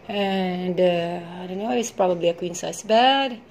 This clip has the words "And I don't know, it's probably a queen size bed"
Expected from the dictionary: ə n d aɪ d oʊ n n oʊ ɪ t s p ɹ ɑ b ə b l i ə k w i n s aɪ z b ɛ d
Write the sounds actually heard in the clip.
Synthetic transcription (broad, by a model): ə n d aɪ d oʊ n n oʊ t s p ɹ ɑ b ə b l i ə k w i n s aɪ s b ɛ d